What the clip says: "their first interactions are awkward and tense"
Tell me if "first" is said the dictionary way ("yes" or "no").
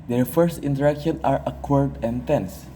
yes